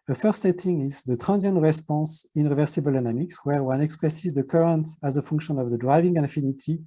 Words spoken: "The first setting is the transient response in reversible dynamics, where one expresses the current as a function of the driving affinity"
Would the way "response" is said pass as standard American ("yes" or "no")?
no